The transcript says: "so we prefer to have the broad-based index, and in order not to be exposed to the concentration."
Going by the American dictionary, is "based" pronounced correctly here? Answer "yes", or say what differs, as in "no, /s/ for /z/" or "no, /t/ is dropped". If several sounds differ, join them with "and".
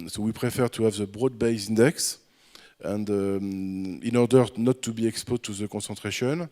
no, /t/ is dropped